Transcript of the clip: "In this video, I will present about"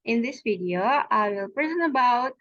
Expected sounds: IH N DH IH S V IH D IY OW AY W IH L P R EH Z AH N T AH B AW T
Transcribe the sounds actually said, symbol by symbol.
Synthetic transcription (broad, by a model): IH N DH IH S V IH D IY OW AY W IH L P R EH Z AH N AH B AW T